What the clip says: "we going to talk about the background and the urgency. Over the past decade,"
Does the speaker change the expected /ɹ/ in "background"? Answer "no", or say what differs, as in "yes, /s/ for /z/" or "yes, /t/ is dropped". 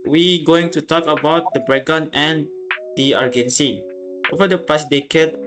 yes, /ɹ/ is dropped